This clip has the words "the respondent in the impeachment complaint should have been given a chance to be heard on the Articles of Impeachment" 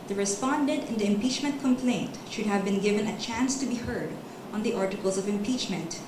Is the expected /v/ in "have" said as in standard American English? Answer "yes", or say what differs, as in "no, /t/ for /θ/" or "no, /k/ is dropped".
yes